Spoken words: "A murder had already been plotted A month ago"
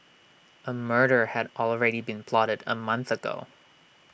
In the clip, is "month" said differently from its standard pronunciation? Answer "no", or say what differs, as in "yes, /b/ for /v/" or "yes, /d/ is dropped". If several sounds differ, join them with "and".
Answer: no